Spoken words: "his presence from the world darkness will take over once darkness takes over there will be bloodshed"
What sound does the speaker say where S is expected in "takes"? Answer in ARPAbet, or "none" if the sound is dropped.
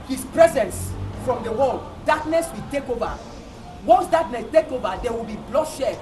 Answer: none